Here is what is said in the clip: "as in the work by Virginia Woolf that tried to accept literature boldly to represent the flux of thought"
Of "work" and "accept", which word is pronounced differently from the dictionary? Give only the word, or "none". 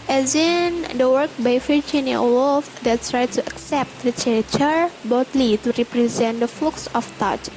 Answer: none